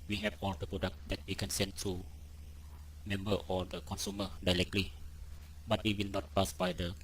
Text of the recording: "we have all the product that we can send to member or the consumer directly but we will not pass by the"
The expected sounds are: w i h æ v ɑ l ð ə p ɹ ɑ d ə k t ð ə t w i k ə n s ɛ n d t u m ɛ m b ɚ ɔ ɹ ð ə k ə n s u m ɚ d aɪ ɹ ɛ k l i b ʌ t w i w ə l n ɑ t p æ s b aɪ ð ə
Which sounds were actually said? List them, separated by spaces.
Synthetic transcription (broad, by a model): w i h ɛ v ɑ l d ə p ɹ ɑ d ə k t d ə t w i k ə n s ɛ n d t u m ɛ m b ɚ ɔ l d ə k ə n s u m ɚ d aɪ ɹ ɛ k l i b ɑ t w i w ə l n ɑ t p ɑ s b aɪ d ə